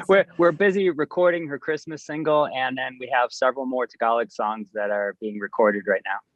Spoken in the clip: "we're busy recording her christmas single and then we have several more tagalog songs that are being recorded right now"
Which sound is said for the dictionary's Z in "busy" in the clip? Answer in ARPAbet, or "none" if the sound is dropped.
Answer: Z